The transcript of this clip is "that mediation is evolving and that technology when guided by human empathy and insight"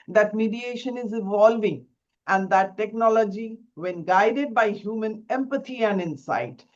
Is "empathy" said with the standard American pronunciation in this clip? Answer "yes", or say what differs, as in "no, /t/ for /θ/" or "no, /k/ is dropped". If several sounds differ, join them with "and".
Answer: no, /t/ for /θ/